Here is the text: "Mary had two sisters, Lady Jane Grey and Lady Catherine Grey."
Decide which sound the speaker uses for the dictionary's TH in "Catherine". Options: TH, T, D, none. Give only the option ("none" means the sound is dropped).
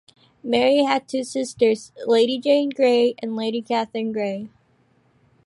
TH